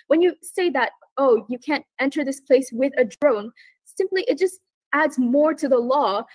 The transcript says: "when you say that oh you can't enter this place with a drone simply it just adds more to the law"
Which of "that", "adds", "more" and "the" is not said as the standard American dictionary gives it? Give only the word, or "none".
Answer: none